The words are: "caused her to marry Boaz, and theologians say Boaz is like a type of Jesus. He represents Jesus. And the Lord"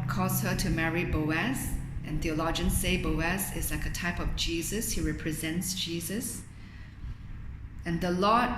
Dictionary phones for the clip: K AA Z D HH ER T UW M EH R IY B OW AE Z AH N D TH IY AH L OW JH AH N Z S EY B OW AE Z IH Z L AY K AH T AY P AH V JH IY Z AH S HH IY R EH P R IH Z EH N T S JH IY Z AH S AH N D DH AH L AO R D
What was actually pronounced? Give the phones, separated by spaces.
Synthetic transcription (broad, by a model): K AA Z HH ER T UW M EH R IY B OW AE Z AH N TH IY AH L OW JH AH N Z S EY B OW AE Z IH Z L AY K AH T AY P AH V JH IY Z AH S HH IY R EH P R IH Z EH N T S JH IY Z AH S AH N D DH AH L AO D